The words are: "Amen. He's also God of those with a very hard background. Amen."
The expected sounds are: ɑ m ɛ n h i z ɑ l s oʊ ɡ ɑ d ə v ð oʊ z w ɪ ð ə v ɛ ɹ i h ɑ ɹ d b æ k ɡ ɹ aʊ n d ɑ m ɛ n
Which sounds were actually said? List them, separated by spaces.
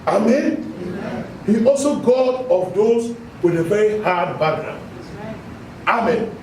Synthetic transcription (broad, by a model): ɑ m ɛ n h i ɑ l s oʊ ɡ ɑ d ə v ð oʊ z w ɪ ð ə v ɛ ɹ i h ɑ d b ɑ ɡ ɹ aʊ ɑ m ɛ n